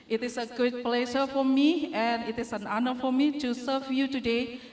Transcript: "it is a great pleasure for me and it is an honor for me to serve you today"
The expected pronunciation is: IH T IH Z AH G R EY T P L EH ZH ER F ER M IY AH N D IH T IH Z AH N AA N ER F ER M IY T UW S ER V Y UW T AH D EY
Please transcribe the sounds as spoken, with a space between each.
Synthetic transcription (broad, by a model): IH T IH S AH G UW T P L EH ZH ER F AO M IY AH N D IH T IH S AH N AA N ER F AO M IY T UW S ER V Y UW T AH D EY